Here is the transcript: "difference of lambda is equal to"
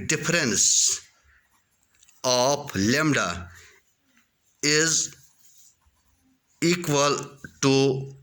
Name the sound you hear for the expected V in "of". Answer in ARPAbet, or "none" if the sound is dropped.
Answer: P